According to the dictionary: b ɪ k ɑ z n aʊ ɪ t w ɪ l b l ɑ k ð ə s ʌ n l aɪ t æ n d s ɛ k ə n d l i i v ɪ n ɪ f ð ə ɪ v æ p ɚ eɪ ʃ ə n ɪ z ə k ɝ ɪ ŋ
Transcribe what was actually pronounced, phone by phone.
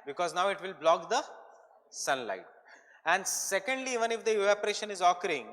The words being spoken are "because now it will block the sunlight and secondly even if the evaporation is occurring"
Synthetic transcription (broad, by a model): b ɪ k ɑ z n aʊ ɪ t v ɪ l b l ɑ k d ə s ʌ n l aɪ t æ n d s ɛ k ə n d l i i v ɪ n ɪ f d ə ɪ æ p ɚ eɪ ʃ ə n ɪ z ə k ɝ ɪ ŋ